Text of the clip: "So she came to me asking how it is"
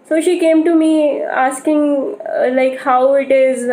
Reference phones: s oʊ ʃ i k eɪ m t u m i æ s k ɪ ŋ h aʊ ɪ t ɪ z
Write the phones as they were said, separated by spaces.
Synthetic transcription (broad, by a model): s oʊ ʃ i k eɪ m t u m i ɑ s k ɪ ŋ h aʊ ɪ t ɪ z